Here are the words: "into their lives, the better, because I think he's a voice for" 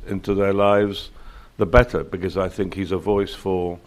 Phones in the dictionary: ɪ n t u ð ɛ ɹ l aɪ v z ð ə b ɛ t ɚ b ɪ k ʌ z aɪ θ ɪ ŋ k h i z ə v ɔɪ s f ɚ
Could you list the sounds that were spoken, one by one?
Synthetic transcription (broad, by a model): ɪ n t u ð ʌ ɹ l aɪ v z ð ə b ɛ t ɚ b ɪ k ʌ z aɪ θ ɪ ŋ k h i z ə v ɔɪ s f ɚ